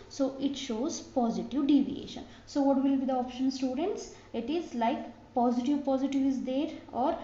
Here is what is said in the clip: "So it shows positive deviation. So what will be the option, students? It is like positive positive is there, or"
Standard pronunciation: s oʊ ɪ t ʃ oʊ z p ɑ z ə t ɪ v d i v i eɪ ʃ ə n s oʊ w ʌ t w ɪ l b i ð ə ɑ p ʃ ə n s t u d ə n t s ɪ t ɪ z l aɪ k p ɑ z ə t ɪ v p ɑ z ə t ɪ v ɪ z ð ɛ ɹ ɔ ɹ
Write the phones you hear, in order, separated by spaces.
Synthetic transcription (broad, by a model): s oʊ ɪ t ʃ oʊ z p ɑ z ə t ɪ v d i v i eɪ ʃ ə n s oʊ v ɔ t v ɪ l b i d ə ɑ p ʃ ə n s t u d ə n t s ɪ t ɪ z l aɪ k p ɑ z ə t ɪ v p ɑ z ə t ɪ v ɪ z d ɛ ɹ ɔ ɹ